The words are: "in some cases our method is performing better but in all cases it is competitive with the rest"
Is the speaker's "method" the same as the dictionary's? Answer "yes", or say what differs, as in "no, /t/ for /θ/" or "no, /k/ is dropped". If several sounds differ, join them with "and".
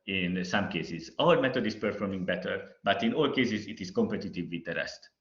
no, /t/ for /θ/